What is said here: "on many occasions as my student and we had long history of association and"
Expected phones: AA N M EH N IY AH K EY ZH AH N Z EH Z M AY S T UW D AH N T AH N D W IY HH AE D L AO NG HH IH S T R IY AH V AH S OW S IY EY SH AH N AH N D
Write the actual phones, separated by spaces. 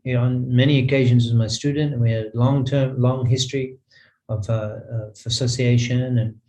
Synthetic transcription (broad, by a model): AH N M EH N IY AH K EY ZH AH N Z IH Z M AY S T UW D N T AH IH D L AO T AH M L AO NG HH IH S T R IY AH V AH S OW S IY EY SH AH N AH N